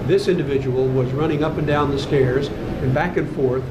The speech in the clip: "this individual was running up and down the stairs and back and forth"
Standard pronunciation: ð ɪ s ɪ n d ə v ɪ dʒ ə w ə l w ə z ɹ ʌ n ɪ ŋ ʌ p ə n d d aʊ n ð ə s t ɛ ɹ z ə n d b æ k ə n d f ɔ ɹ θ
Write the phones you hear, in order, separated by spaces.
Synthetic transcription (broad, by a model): ð ɪ s ɪ n d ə v ɪ dʒ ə w l w ə z ɹ ʌ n ɪ ŋ ʌ p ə n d d aʊ n ð ə s t ɛ ɹ z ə n b æ k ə n f ɔ ɹ θ